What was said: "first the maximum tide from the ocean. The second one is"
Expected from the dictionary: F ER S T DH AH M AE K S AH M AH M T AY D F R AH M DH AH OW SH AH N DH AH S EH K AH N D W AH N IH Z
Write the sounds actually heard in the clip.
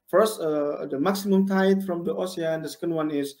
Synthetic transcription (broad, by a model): F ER S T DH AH M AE K S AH M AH M T AY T F R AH M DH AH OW S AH N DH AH S EH K AH N D W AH N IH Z